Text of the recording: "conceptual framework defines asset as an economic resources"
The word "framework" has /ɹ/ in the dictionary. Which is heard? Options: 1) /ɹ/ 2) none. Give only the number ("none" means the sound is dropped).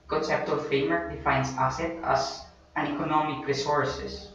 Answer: 2